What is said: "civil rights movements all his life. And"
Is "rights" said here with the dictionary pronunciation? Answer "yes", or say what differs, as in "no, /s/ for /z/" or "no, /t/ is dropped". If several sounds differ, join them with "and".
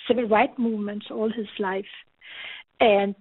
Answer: no, /s/ is dropped